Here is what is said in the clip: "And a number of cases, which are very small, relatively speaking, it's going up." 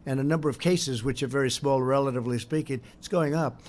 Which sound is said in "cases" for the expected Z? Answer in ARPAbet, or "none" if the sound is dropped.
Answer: Z